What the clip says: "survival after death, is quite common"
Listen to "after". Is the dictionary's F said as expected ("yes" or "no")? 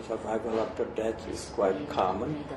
no